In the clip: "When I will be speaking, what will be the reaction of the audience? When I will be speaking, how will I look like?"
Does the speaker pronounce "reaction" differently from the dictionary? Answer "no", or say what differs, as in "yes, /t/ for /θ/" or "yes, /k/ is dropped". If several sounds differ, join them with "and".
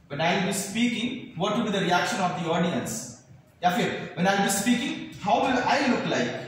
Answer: no